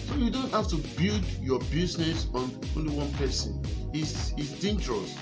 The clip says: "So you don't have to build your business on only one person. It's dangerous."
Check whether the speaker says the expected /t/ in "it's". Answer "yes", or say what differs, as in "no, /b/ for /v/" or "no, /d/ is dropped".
no, /s/ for /t/